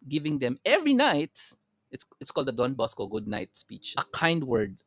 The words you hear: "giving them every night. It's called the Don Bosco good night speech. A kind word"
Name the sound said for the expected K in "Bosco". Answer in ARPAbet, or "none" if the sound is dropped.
K